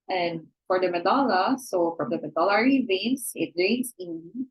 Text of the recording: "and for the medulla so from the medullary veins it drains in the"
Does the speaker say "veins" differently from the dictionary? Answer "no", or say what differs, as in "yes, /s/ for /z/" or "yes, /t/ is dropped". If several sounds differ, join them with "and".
yes, /s/ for /z/